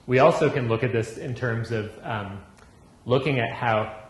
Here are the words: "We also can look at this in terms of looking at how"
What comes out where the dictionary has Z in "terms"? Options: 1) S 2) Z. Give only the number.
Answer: 2